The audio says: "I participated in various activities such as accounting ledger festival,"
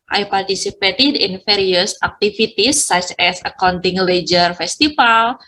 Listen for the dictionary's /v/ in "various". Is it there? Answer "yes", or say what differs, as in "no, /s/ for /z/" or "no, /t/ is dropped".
no, /f/ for /v/